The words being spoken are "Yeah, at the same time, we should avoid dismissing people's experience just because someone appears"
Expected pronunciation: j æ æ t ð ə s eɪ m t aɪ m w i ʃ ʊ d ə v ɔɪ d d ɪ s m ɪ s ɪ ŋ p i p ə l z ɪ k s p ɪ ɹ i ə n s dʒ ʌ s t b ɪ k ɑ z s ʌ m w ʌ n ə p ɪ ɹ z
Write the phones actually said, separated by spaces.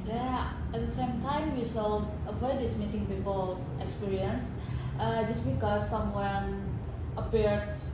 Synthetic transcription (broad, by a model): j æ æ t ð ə s eɪ m t aɪ m w i s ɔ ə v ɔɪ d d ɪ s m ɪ s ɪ ŋ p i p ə l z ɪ k s p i ɹ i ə n s dʒ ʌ s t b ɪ k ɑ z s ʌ m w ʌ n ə p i ɹ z